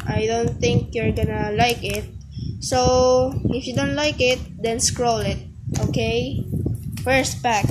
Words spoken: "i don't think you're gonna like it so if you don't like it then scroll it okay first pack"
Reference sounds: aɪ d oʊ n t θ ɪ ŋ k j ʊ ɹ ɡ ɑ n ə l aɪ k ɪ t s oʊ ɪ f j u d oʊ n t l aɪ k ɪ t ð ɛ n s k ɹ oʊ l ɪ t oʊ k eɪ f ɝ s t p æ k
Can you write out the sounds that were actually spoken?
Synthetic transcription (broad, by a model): aɪ d oʊ n t θ ɪ ŋ k j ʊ ɹ ɡ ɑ n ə l aɪ k ɪ t s oʊ ɪ f j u d oʊ n t l aɪ k ɪ t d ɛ n s k ɹ oʊ l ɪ t oʊ k eɪ f ɝ s t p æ k